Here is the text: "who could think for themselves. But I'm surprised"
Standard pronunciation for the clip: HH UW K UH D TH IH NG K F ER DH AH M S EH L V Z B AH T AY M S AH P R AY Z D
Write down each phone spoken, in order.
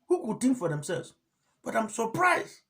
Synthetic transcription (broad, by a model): HH UW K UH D T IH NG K F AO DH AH M S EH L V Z B AH T AY M S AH P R AY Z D